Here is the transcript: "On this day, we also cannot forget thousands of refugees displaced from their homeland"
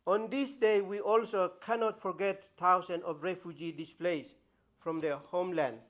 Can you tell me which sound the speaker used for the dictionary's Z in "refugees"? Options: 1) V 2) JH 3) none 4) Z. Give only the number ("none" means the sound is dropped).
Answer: 3